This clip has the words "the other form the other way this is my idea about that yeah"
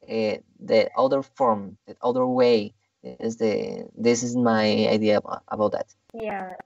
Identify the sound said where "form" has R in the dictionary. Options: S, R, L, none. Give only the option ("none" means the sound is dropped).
R